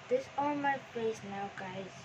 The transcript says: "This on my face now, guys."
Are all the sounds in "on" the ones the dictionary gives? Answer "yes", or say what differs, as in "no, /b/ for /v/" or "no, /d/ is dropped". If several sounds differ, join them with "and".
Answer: no, /l/ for /n/